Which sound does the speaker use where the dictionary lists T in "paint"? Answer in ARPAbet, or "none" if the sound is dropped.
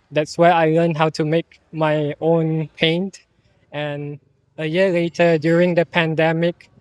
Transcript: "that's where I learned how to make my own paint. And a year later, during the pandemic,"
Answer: T